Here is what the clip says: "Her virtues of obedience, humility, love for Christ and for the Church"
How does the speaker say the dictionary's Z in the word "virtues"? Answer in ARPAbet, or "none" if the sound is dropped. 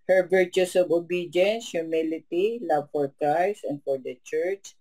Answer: S